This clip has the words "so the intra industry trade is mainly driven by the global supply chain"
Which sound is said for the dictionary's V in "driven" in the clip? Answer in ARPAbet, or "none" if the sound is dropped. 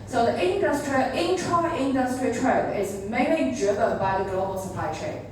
B